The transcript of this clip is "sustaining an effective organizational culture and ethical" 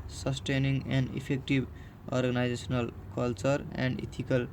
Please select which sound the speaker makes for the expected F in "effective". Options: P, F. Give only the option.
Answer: P